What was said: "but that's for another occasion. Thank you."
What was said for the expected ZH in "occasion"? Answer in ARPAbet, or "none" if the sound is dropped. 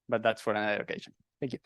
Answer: SH